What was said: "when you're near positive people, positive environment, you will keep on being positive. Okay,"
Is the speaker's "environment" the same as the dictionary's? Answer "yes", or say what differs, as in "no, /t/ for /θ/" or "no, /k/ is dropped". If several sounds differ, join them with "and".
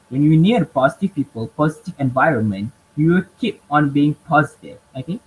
yes